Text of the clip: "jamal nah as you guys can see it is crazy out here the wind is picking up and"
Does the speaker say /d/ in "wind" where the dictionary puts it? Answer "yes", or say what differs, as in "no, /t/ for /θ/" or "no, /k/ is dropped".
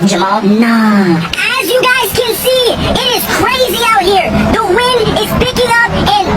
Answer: yes